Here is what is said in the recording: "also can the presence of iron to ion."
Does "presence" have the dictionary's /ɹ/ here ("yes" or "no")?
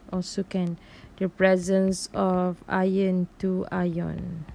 yes